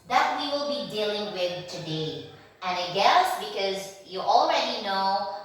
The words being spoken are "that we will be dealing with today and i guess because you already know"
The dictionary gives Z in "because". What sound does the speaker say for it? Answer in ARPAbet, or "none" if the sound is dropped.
Z